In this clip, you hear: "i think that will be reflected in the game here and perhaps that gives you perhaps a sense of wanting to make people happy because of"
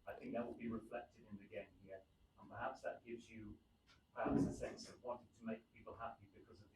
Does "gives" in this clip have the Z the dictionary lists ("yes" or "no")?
yes